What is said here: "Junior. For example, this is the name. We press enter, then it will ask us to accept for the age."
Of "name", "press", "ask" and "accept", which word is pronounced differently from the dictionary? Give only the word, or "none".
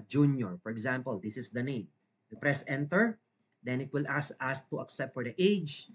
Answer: ask